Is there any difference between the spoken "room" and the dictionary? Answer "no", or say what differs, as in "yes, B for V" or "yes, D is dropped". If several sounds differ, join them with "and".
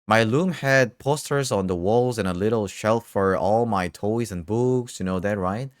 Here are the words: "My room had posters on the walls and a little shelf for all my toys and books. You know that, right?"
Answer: yes, L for R